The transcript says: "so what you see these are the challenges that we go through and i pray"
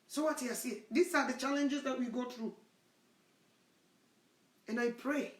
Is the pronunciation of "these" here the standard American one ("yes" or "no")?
no